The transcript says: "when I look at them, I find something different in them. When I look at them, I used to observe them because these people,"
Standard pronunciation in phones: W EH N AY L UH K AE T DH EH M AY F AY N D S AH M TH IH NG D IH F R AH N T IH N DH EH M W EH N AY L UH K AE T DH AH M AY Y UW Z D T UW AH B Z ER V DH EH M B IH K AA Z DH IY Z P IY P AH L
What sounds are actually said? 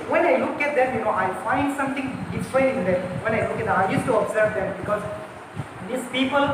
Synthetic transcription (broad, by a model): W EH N AY L UH K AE T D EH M AY F AY N D S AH M T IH NG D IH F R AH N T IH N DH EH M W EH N AY L UH K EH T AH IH Y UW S T UW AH B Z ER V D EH M B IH K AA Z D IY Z P IY P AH L